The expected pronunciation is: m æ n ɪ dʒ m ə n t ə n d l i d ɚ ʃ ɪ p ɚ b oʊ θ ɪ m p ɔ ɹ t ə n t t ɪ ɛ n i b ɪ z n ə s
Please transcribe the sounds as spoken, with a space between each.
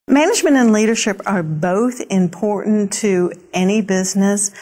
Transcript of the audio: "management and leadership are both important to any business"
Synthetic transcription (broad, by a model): m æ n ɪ dʒ m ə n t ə n l i d ɚ ʃ ɪ p ɚ b oʊ θ ɪ m p ɔ ɹ t n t t ɪ ɛ n i b ɪ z n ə s